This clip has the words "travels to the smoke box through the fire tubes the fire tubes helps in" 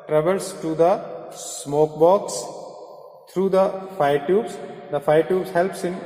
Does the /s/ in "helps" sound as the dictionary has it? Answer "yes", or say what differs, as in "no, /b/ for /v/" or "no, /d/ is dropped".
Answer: yes